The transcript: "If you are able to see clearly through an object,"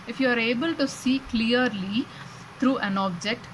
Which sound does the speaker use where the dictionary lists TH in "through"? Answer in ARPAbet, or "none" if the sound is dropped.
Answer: T